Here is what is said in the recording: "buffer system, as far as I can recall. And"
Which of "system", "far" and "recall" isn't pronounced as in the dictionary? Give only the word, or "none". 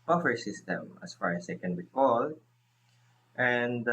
recall